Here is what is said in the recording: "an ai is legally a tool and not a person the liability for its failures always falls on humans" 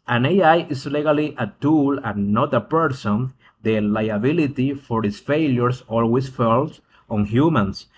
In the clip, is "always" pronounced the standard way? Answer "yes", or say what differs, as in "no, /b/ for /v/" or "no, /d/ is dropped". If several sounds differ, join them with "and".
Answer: no, /s/ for /z/